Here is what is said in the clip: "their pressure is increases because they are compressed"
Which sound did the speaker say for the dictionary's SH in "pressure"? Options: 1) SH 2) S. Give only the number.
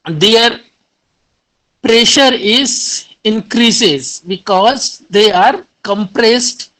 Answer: 1